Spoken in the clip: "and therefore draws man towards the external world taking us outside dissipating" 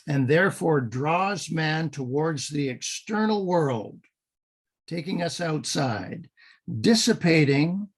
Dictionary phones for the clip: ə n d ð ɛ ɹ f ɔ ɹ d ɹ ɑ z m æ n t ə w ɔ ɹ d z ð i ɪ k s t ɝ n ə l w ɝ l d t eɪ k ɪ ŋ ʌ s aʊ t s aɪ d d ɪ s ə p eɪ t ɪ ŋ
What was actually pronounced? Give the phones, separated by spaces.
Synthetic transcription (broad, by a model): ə n ð ɛ ɹ f ɔ ɹ d ɹ ɑ z m æ n t ə w ɔ ɹ d z ð i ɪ k s t ɝ n l w ɝ l d t eɪ k ɪ ŋ ʌ s aʊ t s aɪ d d ɪ s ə p eɪ t ɪ ŋ